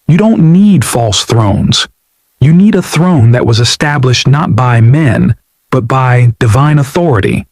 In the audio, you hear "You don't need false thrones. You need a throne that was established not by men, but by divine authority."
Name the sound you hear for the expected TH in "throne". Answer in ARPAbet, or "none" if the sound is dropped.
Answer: TH